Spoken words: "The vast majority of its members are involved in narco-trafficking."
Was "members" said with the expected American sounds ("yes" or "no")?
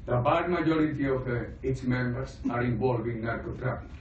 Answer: no